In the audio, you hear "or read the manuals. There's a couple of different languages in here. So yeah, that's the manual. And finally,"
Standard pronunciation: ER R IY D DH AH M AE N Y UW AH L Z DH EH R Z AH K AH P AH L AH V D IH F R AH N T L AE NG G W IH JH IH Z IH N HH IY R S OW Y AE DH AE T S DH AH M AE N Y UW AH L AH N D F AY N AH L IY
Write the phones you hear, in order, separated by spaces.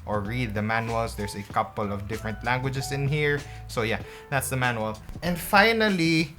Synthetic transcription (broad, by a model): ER R IY D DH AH M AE N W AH L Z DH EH R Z AH K AH P AH L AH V D IH F R AH N T L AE NG G W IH JH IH S IH N HH IY R S OW Y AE DH AE T S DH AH M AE N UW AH L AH N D F AY N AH L IY